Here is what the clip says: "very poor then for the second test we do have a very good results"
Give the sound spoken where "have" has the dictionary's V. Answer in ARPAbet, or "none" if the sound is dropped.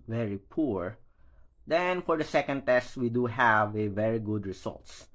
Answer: V